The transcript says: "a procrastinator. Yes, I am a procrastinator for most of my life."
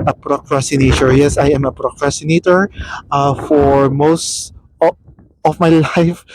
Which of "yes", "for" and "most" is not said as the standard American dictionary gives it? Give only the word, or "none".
none